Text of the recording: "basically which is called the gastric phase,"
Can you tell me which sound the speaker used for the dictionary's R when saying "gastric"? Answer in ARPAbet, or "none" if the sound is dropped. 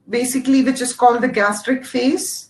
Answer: R